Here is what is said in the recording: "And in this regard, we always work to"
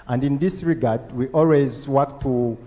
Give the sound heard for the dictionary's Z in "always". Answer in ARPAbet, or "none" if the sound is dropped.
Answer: Z